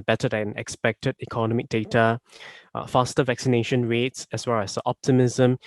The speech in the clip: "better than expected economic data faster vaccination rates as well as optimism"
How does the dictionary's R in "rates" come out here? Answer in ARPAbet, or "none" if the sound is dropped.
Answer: R